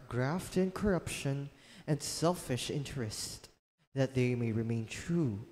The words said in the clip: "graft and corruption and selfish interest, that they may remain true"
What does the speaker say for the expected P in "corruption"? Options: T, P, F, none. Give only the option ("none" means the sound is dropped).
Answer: P